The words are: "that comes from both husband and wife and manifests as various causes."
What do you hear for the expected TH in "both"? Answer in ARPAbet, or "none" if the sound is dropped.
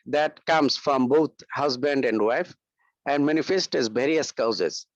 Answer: T